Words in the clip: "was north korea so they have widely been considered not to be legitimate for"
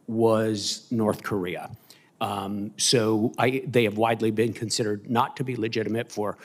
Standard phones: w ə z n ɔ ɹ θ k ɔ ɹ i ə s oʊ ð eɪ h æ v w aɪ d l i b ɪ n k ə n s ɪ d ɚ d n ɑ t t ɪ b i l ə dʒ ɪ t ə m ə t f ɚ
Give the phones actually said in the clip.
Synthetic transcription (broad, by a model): w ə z n ɔ ɹ θ k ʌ ɹ i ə s oʊ ð eɪ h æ v w aɪ d l i b ɪ n k ə n s ɪ d ɚ d n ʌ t t ɪ b i l ə dʒ ɪ t ə m ə t f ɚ